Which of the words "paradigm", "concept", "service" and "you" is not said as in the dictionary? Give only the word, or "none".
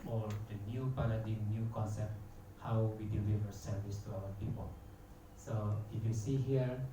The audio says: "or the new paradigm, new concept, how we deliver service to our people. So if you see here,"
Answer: paradigm